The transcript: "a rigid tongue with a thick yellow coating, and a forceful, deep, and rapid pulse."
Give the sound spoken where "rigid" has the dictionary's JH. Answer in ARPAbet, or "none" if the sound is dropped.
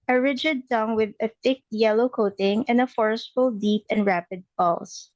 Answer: JH